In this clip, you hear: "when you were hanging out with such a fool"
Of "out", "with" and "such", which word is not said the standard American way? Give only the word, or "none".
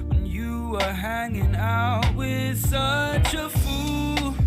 none